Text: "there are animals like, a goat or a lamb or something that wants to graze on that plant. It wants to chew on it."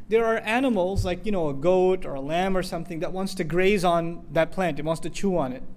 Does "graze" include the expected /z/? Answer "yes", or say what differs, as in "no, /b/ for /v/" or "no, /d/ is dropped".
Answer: yes